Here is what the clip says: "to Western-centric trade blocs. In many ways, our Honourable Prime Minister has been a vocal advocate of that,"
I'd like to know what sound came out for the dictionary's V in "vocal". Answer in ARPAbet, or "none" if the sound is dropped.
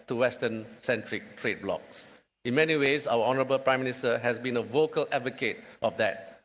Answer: V